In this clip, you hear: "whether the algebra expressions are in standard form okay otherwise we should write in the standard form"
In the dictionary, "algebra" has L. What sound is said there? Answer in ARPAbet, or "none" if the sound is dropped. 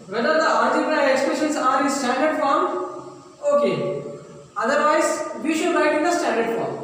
none